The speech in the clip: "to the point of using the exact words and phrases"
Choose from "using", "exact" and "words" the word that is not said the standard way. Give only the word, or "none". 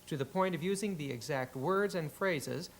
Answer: none